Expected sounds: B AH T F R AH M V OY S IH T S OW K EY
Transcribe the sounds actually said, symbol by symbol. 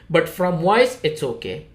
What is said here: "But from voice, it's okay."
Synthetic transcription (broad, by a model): B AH T F R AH M W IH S IH T S OW K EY